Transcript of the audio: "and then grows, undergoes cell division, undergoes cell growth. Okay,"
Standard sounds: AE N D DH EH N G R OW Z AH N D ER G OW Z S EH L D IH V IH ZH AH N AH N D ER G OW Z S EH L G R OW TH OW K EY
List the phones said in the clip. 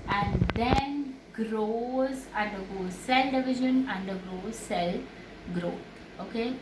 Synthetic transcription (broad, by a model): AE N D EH N G R OW Z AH N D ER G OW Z S EH L D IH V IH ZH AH N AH N D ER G OW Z S EH L G R OW T OW K EY